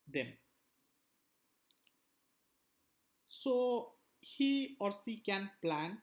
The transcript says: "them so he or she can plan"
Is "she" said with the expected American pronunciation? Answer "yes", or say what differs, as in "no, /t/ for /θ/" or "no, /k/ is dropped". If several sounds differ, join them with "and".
no, /s/ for /ʃ/